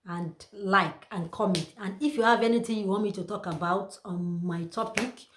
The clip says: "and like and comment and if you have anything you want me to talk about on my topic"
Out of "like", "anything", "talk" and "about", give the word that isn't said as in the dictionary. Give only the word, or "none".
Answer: anything